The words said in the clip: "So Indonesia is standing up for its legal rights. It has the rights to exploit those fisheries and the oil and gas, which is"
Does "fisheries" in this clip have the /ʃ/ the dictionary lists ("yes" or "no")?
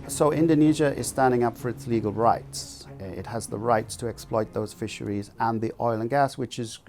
yes